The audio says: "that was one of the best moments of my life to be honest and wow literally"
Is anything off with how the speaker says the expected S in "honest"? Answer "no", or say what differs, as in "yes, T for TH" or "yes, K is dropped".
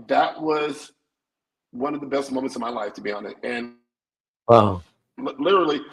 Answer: yes, S is dropped